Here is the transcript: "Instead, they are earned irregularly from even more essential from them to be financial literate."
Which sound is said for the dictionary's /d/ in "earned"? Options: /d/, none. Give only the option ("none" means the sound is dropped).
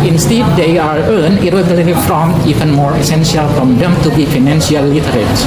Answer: none